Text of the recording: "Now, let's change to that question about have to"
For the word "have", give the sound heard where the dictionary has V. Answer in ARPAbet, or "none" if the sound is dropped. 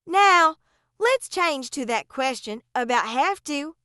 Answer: F